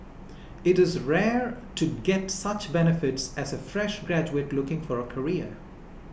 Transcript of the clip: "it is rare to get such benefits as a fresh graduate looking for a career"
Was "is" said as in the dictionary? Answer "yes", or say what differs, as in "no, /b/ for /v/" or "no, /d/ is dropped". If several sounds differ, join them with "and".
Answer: yes